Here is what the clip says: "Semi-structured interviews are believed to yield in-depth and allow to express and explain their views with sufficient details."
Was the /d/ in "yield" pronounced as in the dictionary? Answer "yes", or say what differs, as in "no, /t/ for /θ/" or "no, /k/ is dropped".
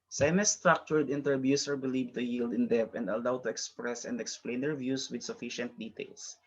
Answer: yes